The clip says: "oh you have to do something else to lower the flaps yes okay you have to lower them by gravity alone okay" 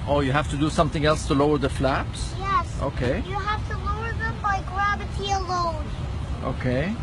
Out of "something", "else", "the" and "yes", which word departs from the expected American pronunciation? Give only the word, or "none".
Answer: none